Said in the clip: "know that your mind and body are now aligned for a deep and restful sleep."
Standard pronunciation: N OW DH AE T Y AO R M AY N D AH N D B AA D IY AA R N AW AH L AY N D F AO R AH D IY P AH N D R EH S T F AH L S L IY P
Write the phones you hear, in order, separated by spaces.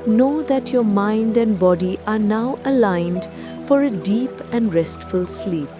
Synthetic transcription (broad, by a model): N OW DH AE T Y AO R M AY N D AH N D B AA D IY AA R N AW AH L AY N D F AO R AH D IY P AH N D R EH S T F AH L S L IY P